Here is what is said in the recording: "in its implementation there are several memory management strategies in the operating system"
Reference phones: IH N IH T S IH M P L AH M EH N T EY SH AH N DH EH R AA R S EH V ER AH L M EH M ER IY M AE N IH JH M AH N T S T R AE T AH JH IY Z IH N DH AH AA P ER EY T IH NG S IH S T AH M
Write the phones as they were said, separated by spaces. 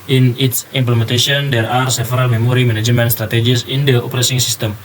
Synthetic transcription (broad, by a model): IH N IH T S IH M P L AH M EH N T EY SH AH N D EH R AA R S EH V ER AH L M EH M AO IY M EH N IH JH M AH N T S T R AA T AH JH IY S IH N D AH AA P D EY S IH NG S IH S T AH M